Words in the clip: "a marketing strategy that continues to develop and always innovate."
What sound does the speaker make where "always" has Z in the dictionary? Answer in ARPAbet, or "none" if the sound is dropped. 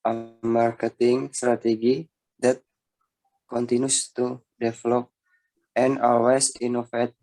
S